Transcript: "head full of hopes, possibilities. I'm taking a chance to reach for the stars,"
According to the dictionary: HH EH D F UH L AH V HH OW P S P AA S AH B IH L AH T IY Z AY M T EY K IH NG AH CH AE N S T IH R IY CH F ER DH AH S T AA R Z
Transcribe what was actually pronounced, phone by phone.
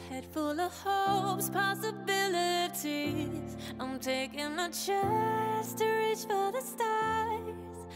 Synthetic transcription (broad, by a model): HH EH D F UH L AH V HH OW P S P AA S AH B IH L AH T IY Z AY M T EY K IH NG AH CH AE S T IH R IY CH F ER DH AH S T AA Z